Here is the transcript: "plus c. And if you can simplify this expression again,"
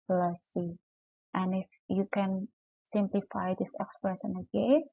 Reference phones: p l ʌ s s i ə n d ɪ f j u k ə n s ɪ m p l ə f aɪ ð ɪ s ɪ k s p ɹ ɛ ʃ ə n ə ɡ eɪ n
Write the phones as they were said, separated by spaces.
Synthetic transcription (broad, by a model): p l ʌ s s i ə n ɪ f j u k ə n s ɪ m p l ə f aɪ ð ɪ s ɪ k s p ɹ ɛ s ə n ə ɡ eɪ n